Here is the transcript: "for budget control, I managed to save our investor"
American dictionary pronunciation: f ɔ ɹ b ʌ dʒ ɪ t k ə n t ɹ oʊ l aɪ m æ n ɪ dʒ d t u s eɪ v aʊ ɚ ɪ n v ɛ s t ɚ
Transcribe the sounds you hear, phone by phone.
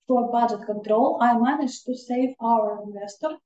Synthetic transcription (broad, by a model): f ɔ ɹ b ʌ dʒ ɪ t k ə n t ɹ oʊ l aɪ m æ n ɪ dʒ t u s eɪ v aʊ ɚ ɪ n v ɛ s t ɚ